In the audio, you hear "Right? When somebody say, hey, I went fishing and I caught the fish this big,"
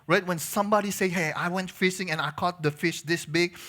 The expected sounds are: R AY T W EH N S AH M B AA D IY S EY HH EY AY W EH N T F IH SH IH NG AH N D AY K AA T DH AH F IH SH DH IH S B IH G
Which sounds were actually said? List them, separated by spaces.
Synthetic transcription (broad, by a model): R AY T W EH N S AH M B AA D IY S EY HH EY AY W EH N T F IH S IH NG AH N AY K AA T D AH F IH SH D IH S B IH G